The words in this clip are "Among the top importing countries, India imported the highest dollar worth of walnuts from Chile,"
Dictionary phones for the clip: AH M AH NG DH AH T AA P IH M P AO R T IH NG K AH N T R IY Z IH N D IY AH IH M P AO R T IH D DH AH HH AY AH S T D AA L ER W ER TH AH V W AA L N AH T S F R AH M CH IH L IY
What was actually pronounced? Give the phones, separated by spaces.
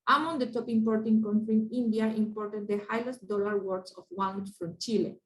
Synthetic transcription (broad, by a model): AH M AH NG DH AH T AA P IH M P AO R T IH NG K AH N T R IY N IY N D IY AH IH M P AO R T IH D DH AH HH AY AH S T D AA L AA W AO S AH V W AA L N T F R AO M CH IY L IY